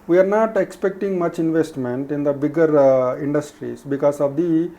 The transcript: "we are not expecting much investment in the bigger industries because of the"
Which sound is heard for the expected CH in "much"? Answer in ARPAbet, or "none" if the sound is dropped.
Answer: CH